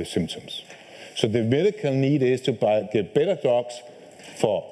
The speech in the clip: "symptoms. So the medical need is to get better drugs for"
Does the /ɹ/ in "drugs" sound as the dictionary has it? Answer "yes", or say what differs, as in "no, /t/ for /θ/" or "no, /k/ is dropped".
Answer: no, /ɹ/ is dropped